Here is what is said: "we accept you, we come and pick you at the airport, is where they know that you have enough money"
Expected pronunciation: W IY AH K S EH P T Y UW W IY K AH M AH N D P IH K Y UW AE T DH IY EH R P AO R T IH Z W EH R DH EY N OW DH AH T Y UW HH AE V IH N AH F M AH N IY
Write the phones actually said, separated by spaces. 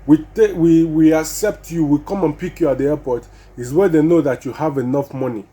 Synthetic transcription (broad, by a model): W IY AH K S EH P T Y UW W IY K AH M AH N P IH K Y UW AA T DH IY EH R P AO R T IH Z W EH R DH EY N OW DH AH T Y UW HH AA V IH N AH F M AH N IY